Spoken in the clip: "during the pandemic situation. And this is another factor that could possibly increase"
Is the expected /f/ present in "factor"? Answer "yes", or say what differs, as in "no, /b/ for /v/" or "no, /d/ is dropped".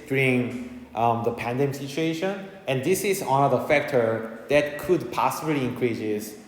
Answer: yes